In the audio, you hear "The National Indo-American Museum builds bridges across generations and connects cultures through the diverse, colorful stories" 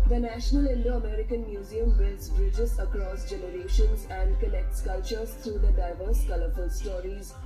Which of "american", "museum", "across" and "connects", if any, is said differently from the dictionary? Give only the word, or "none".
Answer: connects